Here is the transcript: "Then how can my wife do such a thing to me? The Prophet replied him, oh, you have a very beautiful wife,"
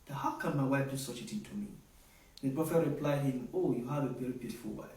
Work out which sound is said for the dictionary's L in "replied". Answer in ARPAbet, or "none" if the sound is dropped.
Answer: L